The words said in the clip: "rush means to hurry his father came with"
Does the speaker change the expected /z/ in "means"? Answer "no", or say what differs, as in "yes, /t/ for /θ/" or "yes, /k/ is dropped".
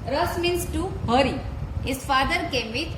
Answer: yes, /s/ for /z/